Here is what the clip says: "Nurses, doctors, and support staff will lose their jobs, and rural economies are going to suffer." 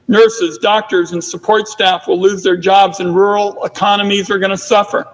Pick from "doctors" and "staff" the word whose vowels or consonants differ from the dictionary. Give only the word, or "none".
none